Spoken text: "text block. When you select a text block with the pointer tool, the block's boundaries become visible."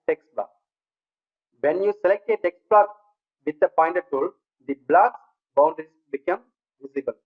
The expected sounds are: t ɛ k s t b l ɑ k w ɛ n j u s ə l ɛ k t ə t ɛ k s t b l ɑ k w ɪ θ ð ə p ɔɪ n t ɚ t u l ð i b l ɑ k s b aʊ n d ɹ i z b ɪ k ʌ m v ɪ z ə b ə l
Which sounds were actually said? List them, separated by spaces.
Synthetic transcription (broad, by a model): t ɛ k s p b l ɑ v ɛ n j u s ə l ɛ k t ə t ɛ k s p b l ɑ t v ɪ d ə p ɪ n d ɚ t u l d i b l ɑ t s b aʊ n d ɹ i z b ɪ k ʌ m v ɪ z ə b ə l